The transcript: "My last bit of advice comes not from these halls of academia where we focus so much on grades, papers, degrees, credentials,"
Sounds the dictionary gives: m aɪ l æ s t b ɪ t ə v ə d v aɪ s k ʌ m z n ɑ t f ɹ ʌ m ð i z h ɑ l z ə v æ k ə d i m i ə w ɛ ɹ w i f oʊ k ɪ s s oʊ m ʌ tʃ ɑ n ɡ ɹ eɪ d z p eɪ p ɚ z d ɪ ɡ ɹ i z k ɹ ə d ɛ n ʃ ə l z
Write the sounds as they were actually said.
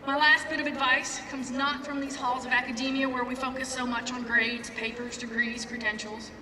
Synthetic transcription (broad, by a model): m aɪ l æ s t b ɪ t ə v ə d v aɪ s k ʌ m z n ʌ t f ɹ ʌ m ð i z h ɑ l z ə v æ k ə d i m i ə w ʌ ɹ w i f oʊ k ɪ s s oʊ m ʌ tʃ n ɡ ɹ eɪ d z p eɪ p ɚ z d ɪ ɡ ɹ i z k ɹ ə d ɛ n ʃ l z